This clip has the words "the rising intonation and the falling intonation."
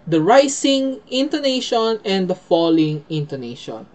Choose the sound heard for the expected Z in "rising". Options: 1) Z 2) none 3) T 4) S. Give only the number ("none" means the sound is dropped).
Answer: 4